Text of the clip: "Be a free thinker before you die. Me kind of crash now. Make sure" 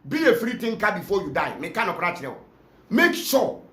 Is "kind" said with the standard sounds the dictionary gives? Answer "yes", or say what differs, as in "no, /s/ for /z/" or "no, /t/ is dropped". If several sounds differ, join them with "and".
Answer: no, /d/ is dropped